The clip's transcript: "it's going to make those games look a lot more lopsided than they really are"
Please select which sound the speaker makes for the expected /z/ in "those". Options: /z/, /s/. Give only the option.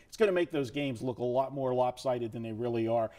/z/